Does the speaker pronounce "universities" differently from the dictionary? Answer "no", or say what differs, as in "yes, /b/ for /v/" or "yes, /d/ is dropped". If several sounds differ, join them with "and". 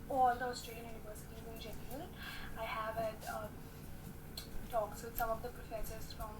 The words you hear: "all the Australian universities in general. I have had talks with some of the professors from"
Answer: yes, /z/ is dropped